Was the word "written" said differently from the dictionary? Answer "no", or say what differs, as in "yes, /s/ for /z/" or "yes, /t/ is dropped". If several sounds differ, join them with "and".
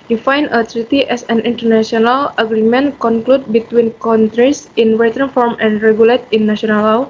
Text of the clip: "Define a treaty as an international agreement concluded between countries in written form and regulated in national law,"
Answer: yes, /w/ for /ɹ/